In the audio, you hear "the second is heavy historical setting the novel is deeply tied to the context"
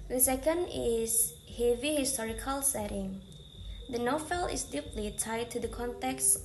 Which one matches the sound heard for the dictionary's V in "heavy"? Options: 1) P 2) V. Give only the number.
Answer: 2